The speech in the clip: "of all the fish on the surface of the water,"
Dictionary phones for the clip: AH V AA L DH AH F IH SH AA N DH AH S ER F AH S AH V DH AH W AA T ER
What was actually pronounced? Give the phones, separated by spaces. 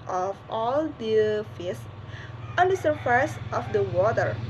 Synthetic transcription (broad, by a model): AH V AA L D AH F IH S AA N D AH S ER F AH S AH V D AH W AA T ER